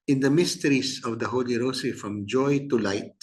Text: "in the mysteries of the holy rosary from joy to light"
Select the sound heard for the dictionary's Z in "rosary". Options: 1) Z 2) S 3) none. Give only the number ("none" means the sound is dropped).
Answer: 2